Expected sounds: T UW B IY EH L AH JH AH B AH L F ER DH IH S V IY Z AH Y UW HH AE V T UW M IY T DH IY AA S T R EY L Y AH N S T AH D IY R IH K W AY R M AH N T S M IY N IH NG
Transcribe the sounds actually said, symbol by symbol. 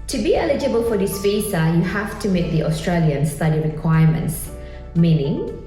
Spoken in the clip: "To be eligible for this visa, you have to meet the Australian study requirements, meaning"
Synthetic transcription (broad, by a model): T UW B IY EH L AH JH AH B AH L F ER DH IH S F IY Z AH Y UW HH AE F T UW M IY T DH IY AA S T R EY L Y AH N S T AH D IY R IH K W AY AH M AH N T S M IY N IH NG